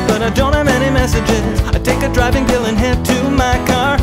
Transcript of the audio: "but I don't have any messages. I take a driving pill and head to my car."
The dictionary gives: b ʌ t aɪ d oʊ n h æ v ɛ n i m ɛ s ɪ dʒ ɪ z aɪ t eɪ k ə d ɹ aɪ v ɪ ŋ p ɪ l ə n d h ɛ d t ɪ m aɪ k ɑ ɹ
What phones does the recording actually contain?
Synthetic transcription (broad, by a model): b ʌ t aɪ d oʊ n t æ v ɛ n i m ɛ s ɪ dʒ ɪ z aɪ t eɪ k ə d ɹ aɪ v ɪ ŋ b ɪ l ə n h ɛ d t ɪ m aɪ k ɑ ɹ